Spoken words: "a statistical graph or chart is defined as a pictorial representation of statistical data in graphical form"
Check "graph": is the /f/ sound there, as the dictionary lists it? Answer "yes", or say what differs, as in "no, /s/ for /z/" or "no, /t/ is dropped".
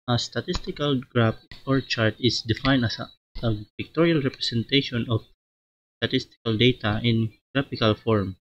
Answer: no, /p/ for /f/